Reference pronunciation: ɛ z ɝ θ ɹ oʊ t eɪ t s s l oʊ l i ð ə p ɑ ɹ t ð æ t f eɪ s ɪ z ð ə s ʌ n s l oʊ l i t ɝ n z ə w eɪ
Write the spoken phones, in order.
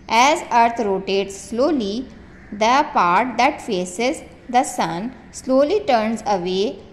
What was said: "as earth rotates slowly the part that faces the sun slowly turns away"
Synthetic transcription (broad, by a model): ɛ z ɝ t ɹ oʊ t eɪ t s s l oʊ l i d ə p ɑ ɹ t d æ t f eɪ s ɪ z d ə s ʌ n s l oʊ l i t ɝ n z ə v eɪ